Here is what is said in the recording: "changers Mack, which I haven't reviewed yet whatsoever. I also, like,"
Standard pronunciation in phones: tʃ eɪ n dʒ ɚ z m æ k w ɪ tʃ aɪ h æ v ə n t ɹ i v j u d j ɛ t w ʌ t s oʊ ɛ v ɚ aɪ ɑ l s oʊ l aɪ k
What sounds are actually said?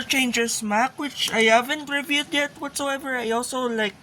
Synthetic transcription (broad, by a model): tʃ eɪ n dʒ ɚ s m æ k w ɪ tʃ aɪ h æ v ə n t ɹ i v j u d j ɛ t w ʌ t s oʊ ɛ v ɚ aɪ ɑ l s oʊ l aɪ k